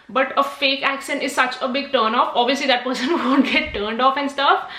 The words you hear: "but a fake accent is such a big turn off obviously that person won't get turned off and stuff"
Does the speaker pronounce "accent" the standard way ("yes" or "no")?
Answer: no